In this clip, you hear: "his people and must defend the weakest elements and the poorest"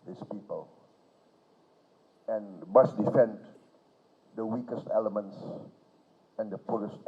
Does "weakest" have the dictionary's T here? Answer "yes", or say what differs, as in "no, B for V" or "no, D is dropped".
yes